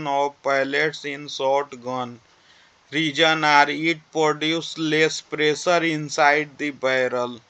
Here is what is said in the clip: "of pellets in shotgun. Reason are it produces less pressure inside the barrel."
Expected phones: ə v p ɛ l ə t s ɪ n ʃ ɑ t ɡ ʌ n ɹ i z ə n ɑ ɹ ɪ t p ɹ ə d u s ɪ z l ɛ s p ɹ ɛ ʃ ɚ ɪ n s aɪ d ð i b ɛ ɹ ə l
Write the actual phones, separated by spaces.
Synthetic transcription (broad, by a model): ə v p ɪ l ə t s ɪ n s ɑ t ɡ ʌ n ɹ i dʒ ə n ɑ ɹ ɪ t p ɹ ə d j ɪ s l ɛ s p ɹ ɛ s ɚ ɪ n s aɪ d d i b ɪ ɹ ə l